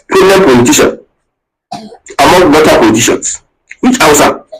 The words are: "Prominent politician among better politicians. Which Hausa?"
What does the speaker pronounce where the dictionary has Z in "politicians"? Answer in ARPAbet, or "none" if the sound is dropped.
S